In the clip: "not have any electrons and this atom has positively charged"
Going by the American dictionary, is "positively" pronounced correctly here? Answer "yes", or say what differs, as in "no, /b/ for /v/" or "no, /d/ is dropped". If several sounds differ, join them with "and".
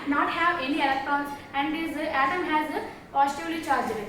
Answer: no, /v/ is dropped